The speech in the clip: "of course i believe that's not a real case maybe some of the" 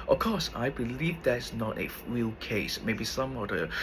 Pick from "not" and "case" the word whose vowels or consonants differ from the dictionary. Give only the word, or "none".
none